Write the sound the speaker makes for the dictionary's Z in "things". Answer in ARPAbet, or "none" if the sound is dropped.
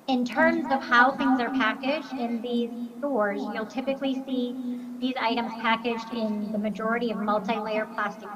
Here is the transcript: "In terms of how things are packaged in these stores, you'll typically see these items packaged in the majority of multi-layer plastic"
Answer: Z